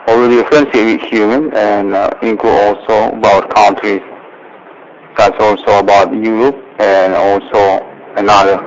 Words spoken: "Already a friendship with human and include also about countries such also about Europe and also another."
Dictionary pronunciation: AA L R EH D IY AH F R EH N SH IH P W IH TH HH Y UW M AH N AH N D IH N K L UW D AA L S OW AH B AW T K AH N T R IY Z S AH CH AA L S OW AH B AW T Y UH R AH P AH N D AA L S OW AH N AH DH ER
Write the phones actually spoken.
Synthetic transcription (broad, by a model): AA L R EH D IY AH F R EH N S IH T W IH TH HH Y UW M AH N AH N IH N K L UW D AA L S OW AH B AW T K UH N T R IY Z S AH S AA L S OW AH B AW T Y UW R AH P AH N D AA L S OW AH N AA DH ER